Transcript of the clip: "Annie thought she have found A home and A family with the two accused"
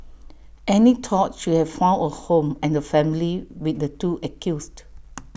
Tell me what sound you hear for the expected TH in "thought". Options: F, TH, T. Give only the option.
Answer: T